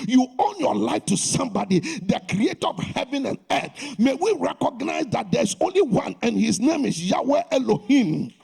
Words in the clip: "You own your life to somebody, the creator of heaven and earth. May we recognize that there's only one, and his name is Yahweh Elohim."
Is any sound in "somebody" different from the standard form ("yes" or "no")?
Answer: no